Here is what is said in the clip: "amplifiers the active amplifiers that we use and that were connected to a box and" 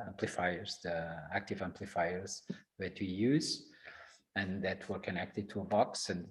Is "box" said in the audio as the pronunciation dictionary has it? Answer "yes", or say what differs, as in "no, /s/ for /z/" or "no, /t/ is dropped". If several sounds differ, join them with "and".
yes